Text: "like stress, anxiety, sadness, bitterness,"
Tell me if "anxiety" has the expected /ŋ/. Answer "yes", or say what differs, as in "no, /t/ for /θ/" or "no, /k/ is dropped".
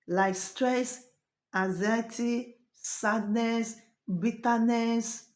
no, /ŋ/ is dropped